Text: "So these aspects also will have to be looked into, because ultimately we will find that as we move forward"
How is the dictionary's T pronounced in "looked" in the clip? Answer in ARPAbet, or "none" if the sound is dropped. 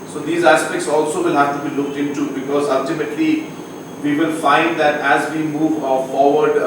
T